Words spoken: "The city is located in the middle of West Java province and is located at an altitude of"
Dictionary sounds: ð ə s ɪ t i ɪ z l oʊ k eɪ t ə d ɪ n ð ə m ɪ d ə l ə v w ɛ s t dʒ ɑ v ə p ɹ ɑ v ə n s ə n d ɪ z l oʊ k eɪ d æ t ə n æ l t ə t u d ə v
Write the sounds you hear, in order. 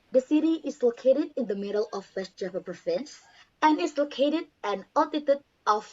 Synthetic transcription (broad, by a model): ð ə s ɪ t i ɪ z l oʊ k eɪ t ə d ɪ n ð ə m ɪ d ə l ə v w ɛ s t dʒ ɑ p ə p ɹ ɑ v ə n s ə n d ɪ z l oʊ k eɪ d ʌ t ə n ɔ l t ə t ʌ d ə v